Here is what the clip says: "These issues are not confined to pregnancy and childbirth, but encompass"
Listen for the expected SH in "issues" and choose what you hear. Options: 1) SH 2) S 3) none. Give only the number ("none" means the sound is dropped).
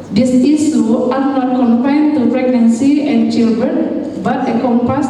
2